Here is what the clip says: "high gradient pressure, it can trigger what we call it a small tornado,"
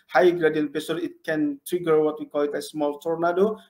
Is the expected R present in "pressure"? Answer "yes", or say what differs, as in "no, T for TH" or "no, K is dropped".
no, R is dropped